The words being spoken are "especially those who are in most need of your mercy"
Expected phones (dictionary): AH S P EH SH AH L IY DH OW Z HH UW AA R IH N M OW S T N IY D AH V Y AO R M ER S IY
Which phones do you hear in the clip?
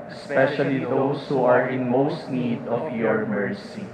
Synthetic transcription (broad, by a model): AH S P EH SH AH L IY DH OW S HH UW AA R IH N M OW S T N IY D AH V Y AO R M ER S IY